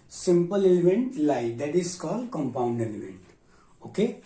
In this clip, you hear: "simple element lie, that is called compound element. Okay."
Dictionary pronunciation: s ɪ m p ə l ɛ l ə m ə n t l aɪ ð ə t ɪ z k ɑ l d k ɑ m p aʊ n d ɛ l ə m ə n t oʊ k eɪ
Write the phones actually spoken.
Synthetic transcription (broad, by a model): s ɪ m p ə l ɛ l ə m ə n t l aɪ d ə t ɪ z k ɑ l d k ɑ m p aʊ n d ɛ l ə m ə n t oʊ k eɪ